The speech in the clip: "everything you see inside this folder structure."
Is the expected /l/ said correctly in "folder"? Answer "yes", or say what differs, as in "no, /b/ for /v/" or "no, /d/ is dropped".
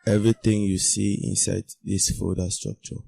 no, /l/ is dropped